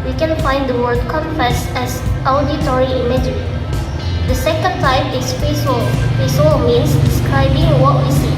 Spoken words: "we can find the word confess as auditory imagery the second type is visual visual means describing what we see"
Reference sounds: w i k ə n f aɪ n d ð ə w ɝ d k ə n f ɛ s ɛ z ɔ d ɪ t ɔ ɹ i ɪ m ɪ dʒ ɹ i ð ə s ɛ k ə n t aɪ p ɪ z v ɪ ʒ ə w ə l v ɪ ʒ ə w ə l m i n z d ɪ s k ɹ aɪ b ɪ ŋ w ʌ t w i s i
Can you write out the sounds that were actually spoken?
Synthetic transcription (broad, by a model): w i k ə n f aɪ n d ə w ɝ d k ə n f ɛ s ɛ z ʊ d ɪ t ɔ ɹ i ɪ m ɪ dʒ i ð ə s ɛ k ə n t aɪ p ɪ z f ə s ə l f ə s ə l m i n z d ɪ s k ɹ aɪ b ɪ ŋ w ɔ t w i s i